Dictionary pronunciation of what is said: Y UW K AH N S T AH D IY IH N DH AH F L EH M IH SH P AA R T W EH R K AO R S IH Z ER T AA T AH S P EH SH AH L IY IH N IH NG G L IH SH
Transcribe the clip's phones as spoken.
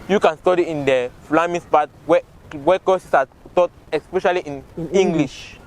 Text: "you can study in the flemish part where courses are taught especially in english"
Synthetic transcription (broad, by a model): Y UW K AH N S T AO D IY IH N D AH F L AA M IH S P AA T W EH W K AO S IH S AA T AA T AH S P EH SH AH L IY IH N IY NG G L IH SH